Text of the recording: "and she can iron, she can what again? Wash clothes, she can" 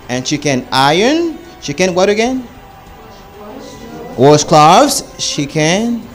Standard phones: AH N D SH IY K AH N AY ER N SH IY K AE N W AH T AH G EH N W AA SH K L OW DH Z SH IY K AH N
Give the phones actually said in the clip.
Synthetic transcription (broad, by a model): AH N SH IY K AH N AY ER N SH IY K AE N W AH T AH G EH N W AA S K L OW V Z SH IY K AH N